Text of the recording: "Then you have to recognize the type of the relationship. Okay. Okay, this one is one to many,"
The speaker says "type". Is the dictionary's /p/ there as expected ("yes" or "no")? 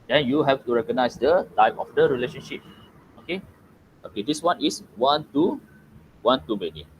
no